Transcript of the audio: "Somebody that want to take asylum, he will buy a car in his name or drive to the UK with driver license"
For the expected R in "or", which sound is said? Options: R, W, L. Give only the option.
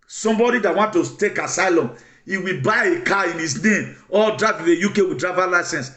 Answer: L